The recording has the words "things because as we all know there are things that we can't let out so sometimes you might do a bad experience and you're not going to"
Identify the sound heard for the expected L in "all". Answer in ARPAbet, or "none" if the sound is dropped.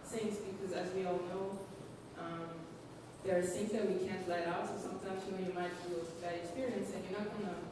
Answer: L